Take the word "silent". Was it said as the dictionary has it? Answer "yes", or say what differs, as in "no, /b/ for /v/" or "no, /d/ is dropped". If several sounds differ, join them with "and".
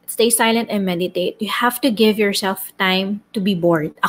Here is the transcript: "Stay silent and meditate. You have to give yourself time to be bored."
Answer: yes